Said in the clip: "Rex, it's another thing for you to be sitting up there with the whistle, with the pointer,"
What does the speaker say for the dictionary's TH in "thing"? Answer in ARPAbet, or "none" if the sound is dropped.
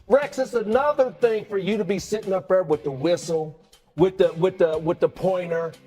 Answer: TH